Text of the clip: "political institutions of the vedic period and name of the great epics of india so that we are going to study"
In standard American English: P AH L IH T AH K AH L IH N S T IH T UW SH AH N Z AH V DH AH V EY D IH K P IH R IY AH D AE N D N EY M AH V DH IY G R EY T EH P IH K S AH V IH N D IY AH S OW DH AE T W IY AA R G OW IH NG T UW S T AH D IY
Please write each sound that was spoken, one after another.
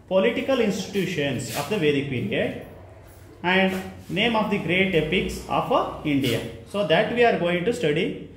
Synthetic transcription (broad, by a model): P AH L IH T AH K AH L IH N S T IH T UW SH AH N S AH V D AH V EY D IH K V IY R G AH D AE N D N EY M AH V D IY G R EY T EH P IH K S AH F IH N D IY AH S OW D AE T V IY AA R G OW IH NG T UW S T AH D IY